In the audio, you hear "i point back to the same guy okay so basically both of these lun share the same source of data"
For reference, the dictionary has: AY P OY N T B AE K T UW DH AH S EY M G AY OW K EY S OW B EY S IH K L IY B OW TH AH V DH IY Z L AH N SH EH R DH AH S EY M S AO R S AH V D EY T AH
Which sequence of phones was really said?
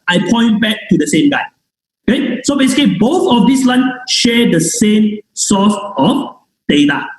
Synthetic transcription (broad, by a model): AY P OY N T B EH K T UW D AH S EY M G AY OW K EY S OW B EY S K IY B OW TH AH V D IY S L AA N SH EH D AH S EY M S AO S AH F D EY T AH